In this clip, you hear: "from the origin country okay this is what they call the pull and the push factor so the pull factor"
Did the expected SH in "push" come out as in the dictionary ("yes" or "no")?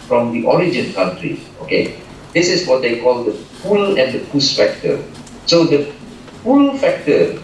no